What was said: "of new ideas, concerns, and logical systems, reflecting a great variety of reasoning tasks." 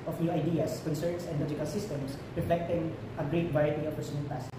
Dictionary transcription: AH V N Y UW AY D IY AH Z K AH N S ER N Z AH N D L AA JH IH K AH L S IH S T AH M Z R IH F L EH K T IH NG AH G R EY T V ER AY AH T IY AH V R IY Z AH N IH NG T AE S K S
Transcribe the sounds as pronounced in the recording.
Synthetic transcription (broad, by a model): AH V N Y UW AY D IY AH S K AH N S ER N S AH N D L AA JH IH K AH L S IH S T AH M S R IH F L EH K T IH NG AH G R EY T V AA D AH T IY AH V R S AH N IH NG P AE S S